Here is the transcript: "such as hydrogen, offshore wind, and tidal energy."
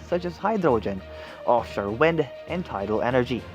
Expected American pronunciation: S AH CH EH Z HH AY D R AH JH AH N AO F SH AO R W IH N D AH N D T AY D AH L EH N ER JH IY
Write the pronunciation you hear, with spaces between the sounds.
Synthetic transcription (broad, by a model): S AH CH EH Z HH AY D R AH JH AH N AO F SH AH R W IH N D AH N T AY D AH L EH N ER JH IY